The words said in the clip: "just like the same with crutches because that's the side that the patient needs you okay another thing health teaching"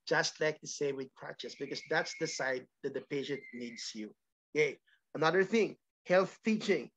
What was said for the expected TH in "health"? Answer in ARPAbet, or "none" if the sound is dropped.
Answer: TH